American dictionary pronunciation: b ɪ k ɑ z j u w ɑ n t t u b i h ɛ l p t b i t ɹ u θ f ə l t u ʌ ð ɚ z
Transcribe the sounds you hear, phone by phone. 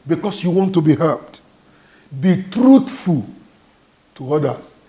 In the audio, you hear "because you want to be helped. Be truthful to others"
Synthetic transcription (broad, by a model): b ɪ k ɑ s j u w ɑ n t t u b i h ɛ p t b i t ɹ u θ f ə l t u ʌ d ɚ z